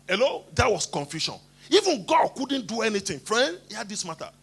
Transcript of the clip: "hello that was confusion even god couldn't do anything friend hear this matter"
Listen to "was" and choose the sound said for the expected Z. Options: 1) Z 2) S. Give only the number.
2